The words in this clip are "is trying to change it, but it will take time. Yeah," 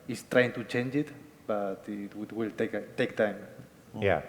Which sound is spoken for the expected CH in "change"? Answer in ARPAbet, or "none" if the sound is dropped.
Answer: CH